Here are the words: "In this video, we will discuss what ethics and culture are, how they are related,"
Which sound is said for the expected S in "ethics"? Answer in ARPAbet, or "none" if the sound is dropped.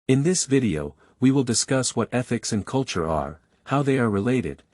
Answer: S